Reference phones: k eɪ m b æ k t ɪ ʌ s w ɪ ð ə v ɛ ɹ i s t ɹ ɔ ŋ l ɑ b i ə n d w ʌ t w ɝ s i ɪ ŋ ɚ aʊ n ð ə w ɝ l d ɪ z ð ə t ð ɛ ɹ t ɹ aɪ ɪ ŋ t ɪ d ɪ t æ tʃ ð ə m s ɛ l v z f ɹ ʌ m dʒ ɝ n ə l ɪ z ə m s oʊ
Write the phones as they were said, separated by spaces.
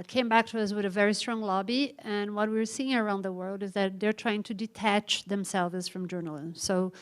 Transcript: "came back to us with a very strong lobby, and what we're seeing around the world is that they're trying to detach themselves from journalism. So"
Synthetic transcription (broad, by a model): k eɪ m b æ k t ɪ ʌ s w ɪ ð ə v ɛ ɹ i s t ɹ ɔ ŋ l ɑ b i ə n w ʌ t w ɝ s i ɪ ŋ ɚ aʊ n ð ə w ɝ l d ɪ z ð ə t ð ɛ ɹ t ɹ aɪ ɪ ŋ t ɪ d ɪ t æ tʃ ð ə m s ɛ l v z f ɹ ʌ m dʒ ɝ n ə l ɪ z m s oʊ